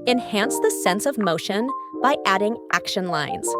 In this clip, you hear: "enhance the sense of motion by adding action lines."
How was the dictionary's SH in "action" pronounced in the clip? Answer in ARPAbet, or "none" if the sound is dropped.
SH